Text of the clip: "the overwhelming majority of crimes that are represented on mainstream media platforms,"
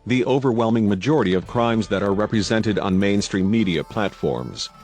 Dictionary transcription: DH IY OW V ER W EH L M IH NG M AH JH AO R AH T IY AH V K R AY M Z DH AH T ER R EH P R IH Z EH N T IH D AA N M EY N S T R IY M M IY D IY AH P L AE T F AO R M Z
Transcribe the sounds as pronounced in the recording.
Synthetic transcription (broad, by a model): DH IY OW V ER W EH L M IH NG M AH JH AO R AH T IY AH V K R AY M Z DH AH T ER R EH P R IH Z EH N T IH D N M EY N S T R IY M M IY D IY AH P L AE T F AO R M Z